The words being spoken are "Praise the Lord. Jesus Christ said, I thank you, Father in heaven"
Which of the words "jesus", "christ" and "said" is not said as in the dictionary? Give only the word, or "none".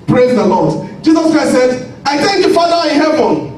christ